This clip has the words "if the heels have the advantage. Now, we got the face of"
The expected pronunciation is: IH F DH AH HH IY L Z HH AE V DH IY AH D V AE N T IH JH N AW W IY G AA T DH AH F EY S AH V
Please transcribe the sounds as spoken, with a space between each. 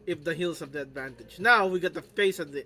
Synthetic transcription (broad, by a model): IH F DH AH HH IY L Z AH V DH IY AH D V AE N T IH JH N AW W IY G AA T DH AH F EY S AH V